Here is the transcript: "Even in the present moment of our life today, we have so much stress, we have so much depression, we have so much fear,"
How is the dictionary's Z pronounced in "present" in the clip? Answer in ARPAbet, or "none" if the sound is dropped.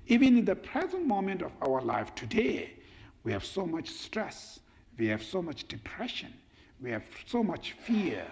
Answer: Z